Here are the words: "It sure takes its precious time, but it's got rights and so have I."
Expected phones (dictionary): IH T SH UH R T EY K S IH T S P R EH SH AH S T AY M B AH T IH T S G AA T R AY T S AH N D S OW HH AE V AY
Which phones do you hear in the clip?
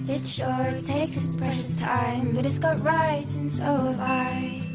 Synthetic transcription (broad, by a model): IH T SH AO R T EY IH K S P R EH SH AH S T AY M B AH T IH T S G AA T R AY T AH N S OW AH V AY